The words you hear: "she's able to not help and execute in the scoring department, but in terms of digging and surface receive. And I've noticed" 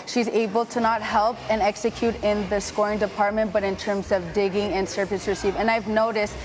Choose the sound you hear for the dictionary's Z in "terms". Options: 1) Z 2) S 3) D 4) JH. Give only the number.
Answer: 1